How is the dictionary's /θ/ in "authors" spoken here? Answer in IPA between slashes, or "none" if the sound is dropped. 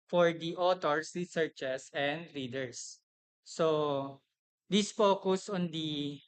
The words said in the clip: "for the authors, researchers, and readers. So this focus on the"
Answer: /t/